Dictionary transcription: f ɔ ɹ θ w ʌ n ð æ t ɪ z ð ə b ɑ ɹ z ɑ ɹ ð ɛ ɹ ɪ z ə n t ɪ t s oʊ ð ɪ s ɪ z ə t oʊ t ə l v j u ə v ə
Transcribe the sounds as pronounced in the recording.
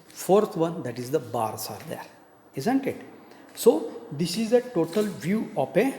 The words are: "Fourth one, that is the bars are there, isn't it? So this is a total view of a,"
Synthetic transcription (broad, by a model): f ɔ ɹ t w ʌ n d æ t ɪ z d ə b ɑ ɹ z ɑ ɹ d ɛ ɹ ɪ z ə n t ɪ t s oʊ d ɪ s ɪ z ə t oʊ t ə l v j u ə p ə